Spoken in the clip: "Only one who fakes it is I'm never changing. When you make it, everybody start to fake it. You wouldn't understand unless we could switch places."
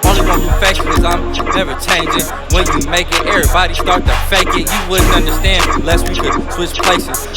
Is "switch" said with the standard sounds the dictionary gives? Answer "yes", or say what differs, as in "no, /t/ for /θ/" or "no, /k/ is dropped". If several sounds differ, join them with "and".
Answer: no, /s/ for /tʃ/